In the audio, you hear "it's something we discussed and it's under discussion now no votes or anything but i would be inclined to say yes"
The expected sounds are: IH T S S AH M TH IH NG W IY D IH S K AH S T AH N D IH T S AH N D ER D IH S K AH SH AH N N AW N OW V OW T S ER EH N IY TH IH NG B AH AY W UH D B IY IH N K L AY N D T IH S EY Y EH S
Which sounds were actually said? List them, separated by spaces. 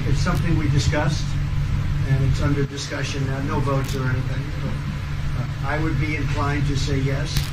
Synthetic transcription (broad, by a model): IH T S S AH M TH IH NG W IY D IH S K AH S T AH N IH T S AH N D ER D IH S K AH SH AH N N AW N OW V OW T S ER EH N IY TH IH NG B AY W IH D B IY IH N K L AY N T IH S EY Y EH S